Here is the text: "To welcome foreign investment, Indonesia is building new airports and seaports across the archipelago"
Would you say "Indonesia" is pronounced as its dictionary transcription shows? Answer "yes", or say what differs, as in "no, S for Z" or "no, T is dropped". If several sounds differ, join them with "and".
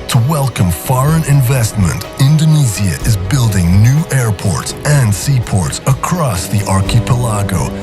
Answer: no, Z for ZH